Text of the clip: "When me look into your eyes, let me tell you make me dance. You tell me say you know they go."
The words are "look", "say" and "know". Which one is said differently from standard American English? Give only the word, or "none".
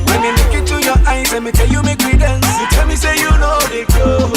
look